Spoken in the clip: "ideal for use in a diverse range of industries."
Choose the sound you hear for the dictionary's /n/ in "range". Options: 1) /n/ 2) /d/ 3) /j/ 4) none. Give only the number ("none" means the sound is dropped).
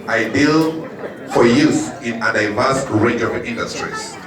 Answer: 4